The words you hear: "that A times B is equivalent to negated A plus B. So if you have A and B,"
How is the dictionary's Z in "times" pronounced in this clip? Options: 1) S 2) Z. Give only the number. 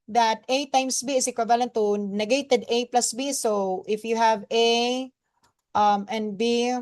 1